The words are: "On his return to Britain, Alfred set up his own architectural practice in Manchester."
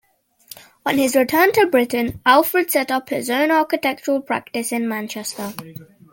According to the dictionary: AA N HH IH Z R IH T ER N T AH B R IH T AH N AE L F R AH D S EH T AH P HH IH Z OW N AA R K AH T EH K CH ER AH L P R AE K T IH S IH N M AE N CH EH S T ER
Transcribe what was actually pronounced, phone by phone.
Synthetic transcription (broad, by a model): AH N IH Z R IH T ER N T AH B R IH T N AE L F R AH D S EH T AH P HH IH Z OW N AA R K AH T EH K CH ER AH L P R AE K T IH S IH N M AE N CH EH S T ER